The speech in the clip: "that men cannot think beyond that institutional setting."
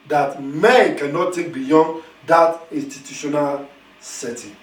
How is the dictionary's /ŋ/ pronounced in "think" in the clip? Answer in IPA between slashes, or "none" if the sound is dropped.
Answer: none